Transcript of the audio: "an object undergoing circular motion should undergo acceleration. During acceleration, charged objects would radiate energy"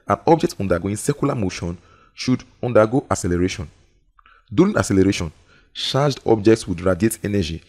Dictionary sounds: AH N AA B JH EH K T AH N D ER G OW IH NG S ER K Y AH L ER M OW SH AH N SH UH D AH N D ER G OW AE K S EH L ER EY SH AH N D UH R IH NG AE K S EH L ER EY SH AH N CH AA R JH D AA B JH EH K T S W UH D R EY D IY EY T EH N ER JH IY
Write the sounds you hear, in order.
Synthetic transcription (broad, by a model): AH N AA B JH EH K T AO N D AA G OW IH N S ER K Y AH L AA M OW SH AH N SH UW D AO N D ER G OW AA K S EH L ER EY SH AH N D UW L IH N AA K S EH L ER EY SH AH N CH AA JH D AA B JH EH K T S W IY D R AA D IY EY T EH N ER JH IY